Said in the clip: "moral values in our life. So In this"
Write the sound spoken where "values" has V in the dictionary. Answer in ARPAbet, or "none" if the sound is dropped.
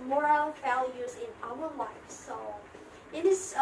V